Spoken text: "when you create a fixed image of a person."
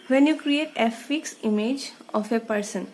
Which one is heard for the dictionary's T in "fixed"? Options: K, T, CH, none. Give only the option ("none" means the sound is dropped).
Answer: none